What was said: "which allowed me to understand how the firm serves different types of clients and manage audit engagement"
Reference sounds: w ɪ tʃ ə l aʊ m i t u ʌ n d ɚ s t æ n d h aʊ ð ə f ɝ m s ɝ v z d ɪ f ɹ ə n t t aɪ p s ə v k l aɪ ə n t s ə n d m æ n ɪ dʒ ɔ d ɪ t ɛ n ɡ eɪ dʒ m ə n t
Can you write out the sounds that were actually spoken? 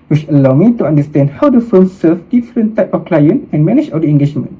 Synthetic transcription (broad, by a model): w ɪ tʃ ə l aʊ m i t u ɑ n d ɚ s t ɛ n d h aʊ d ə f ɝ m s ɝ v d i f ɹ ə n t t aɪ p ə f k l aɪ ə n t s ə n m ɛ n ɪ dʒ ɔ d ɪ ɛ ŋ ɡ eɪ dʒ m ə n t